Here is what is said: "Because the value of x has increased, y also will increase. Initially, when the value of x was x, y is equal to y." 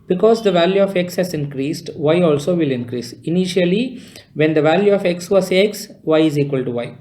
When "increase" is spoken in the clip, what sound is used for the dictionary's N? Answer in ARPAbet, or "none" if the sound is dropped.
N